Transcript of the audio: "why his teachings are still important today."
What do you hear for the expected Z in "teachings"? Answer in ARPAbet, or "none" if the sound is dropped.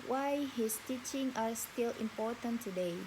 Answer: none